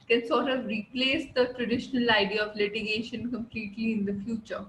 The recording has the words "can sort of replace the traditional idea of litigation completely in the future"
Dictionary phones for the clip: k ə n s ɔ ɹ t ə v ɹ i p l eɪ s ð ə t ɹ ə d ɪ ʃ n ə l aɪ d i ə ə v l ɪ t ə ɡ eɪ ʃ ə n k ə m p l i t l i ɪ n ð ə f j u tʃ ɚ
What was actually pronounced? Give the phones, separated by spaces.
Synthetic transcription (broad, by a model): k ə n s ɔ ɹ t ə v ɹ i p l eɪ s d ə t ɹ ə d ɪ ʃ n ə l aɪ d i ə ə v l ɪ t ə ɡ eɪ ʃ ə n k ə m p l i t l i ɪ n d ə f j u tʃ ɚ